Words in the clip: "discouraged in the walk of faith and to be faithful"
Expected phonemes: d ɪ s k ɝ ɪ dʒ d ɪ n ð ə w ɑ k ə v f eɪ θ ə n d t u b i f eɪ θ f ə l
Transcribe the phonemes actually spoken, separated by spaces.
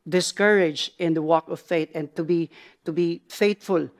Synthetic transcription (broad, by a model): d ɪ s k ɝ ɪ dʒ ɪ n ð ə w ɑ k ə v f eɪ t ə n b t u b i f eɪ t f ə l